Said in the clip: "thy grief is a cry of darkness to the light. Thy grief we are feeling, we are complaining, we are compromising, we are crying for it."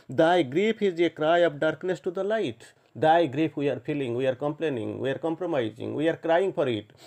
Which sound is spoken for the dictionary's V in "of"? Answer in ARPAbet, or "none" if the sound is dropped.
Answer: P